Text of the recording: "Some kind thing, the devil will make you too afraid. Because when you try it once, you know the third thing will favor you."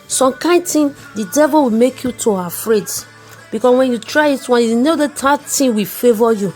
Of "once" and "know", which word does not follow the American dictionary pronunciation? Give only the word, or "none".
once